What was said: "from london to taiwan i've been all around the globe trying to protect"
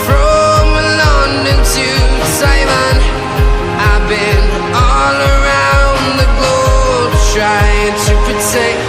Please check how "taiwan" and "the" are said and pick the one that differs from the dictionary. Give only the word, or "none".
taiwan